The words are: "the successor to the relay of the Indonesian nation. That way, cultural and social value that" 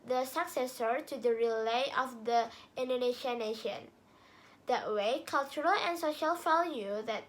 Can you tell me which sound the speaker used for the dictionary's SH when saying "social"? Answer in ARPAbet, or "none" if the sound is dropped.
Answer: SH